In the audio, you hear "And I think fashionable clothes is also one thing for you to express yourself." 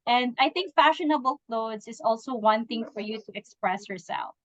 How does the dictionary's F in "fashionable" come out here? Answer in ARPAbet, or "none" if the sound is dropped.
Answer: F